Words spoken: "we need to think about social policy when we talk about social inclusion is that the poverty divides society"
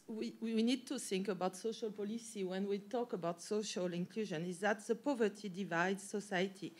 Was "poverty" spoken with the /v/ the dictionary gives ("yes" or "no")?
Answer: yes